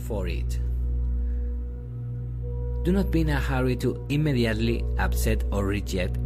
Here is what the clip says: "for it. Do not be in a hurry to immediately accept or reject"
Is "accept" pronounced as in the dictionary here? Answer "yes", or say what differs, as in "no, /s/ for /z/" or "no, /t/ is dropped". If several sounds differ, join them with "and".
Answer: no, /p/ is dropped